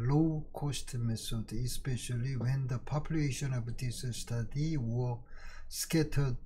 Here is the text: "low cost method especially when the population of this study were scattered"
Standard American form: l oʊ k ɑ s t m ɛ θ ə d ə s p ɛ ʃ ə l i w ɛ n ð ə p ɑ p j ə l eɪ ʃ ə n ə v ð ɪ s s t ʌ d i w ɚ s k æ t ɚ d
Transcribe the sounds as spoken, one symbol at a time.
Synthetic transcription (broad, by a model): l oʊ k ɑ s t m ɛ s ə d ə s p ɛ ʃ ə l i w ɛ n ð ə p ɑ p j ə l eɪ ʃ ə n ə v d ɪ s s t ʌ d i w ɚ s k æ t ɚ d